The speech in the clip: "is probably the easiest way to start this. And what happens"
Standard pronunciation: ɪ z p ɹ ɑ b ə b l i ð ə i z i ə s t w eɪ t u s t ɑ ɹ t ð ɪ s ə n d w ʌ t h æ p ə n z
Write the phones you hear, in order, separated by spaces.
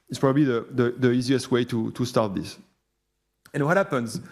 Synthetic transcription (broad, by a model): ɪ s p ɹ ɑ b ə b l i ð ə i z i ə s t w eɪ t u s t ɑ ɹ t ð ɪ s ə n w ʌ t h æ p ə n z